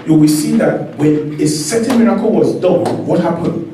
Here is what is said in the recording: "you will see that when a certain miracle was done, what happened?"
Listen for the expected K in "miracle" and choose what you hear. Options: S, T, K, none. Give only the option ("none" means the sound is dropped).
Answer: K